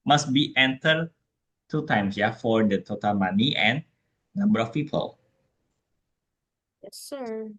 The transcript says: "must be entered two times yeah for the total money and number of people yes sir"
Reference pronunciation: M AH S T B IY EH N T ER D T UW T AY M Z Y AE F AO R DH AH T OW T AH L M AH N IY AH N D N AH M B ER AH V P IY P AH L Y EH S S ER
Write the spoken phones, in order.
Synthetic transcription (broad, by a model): M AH S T B IY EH N T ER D T UW T AY M S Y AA F AO R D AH T OW T AH L M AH N IY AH N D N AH M B ER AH F P IY P AH L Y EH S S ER